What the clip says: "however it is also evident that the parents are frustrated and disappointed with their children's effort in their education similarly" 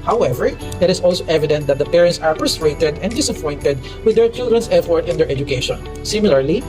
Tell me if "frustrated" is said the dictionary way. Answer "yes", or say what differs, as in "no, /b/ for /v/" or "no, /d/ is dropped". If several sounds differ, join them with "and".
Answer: no, /p/ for /f/